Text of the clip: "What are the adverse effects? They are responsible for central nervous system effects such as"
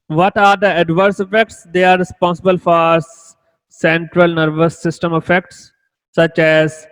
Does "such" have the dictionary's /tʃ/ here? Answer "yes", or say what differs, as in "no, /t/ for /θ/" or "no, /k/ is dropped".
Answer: yes